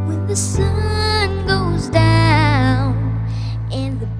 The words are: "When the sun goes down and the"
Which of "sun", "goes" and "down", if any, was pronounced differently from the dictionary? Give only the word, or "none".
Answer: none